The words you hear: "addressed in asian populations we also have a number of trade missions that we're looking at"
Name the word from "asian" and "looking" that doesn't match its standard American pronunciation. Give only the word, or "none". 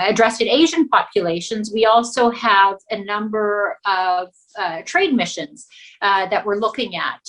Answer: none